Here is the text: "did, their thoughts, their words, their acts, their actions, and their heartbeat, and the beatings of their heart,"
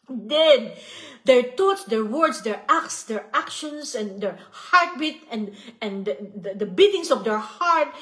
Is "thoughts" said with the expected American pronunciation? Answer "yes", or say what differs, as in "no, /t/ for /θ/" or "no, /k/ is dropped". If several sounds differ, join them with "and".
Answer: no, /t/ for /θ/